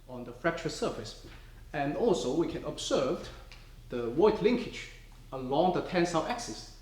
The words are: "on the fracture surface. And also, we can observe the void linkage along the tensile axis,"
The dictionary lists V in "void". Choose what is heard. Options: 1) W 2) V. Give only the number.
1